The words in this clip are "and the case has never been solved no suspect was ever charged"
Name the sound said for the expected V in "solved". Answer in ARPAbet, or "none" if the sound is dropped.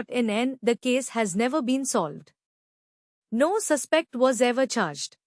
V